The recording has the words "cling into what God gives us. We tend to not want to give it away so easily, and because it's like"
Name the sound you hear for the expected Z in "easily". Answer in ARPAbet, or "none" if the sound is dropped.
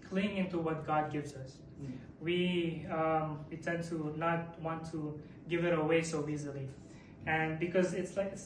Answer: Z